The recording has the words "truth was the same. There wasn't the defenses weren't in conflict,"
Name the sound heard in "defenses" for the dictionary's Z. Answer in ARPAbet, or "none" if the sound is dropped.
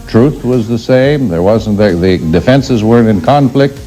Z